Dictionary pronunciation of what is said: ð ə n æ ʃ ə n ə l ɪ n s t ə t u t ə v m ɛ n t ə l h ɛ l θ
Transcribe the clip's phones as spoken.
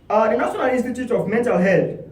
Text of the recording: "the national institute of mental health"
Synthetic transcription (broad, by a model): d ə n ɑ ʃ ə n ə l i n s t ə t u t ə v m ɛ n t ə l h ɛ l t